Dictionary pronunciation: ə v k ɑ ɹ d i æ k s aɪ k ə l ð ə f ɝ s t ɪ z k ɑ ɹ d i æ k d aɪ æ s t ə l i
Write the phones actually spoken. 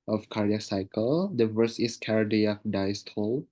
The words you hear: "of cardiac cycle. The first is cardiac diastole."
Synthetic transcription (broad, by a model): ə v k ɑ ɹ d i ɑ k s aɪ k ə l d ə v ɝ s ɪ s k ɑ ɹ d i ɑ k d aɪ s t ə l